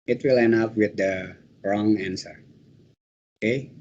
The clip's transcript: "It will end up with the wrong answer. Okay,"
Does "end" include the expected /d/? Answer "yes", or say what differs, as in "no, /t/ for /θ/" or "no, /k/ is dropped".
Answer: no, /d/ is dropped